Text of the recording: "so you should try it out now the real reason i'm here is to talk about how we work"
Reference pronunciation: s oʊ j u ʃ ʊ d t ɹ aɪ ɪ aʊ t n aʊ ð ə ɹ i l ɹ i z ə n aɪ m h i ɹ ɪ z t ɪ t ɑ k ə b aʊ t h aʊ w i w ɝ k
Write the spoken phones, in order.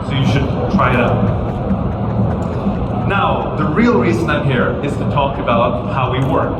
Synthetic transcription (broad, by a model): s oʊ j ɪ ʃ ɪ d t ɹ aɪ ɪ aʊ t n aʊ ð ə ɹ i l ɹ i z ə n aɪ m h i ɹ ɪ z t ɪ t ɑ k ə b aʊ t h aʊ w i w ɝ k